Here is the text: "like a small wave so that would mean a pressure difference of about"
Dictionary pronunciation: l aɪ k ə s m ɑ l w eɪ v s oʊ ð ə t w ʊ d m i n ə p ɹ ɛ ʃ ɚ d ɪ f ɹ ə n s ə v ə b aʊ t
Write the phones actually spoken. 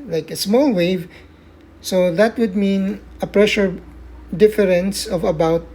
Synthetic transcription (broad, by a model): l aɪ k ə s m ɑ l w eɪ v s oʊ ð ə t w ʊ d m i n ə p ɹ ɛ ʃ ɚ d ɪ f ɹ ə n s ə v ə b aʊ t